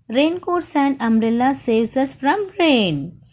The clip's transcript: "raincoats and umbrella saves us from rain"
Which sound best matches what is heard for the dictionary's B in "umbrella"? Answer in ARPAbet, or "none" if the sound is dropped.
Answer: none